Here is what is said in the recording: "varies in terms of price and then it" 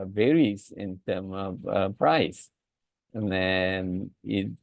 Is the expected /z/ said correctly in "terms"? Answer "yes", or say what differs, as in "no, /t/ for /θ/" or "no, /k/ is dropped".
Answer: no, /z/ is dropped